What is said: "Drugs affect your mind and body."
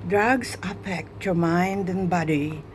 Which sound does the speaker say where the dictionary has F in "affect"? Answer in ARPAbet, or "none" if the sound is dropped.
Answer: P